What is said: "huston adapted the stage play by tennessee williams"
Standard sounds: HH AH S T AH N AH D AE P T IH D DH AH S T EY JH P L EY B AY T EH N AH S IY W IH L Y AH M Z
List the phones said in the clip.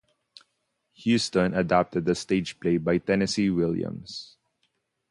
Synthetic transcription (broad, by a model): HH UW S T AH N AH D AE P T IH D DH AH S T EY JH P L EY B AY T EH N AH S IY W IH L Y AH M S